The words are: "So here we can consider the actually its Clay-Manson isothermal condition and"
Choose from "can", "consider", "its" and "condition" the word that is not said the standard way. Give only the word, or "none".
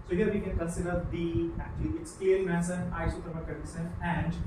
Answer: condition